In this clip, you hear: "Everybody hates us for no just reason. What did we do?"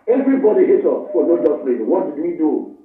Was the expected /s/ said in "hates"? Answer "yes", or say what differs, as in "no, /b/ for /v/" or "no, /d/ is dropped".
no, /s/ is dropped